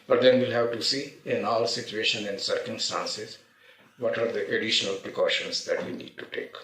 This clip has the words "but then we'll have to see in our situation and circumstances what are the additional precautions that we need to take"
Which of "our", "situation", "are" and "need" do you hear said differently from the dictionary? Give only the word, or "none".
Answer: our